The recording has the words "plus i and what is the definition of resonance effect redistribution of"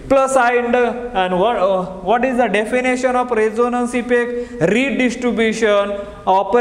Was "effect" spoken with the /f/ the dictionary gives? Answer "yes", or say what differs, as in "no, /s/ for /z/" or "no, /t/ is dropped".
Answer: no, /p/ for /f/